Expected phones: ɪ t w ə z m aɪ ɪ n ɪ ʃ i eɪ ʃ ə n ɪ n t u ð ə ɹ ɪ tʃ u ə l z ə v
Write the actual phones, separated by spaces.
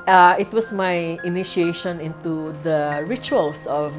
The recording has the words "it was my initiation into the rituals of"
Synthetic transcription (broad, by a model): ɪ t w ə s m aɪ ɪ n ɪ ʃ i eɪ ʃ ə n ɪ n t u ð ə ɹ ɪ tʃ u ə l s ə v